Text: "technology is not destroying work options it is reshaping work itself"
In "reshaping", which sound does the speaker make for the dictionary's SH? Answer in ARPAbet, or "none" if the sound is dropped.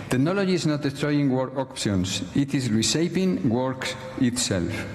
S